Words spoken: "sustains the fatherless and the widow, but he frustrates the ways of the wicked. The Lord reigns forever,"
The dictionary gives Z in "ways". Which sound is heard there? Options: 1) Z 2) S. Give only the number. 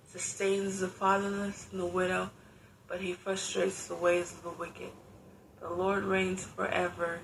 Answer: 1